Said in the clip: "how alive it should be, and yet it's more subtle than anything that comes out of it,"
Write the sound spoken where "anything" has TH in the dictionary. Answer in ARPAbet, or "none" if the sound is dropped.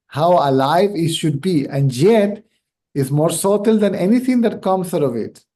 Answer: T